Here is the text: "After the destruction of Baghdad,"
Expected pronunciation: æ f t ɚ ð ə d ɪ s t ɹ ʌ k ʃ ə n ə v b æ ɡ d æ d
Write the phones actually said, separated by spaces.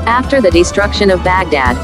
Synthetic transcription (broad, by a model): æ f t ɚ ð ə d ɪ s t ɹ ʌ k ʃ ə n ə v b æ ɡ d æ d